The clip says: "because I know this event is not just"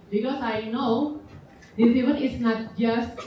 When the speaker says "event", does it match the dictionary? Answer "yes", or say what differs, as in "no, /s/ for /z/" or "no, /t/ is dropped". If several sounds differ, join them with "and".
no, /t/ is dropped